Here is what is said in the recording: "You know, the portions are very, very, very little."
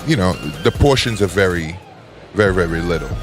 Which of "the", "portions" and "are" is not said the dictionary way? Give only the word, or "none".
none